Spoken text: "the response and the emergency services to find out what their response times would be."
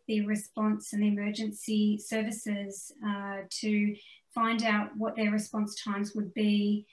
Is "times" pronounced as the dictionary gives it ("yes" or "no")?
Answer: yes